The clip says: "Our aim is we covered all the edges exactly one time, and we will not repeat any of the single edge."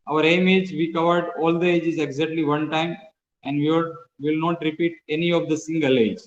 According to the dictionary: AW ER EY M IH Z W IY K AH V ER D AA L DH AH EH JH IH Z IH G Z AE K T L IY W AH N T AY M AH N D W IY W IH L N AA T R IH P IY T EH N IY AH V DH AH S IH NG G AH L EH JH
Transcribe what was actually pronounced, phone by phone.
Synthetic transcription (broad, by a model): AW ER EY M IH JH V IY K AH V ER D AA L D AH EH JH IH Z IH G Z AE K T L IY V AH N T AY M AH N D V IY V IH L N AA T R IH P IY T EH N IY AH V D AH S IH NG G AH L EH JH